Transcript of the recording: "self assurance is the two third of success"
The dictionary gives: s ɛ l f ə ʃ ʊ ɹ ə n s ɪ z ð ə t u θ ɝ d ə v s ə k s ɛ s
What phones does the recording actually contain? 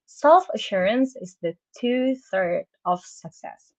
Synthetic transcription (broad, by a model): s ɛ l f ə ʃ ʊ ɹ ə n s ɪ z ð ə t u θ ɝ d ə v s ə k s ɛ s